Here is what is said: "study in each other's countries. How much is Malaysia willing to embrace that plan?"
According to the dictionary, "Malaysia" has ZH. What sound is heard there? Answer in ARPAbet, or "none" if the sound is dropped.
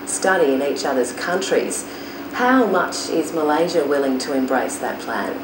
ZH